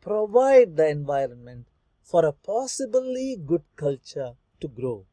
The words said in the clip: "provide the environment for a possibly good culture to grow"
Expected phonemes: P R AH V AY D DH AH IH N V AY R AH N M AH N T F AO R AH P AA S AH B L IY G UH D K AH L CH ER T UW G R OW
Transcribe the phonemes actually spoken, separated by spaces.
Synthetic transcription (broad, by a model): P R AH V AY D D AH IH N V AY R AH N M AH N T F AO R AH P AA S AH B L IY G UH D K AH L CH ER T UW G R OW